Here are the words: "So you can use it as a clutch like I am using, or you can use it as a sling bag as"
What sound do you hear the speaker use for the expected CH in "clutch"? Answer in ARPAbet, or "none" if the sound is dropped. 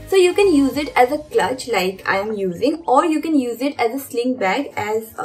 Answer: CH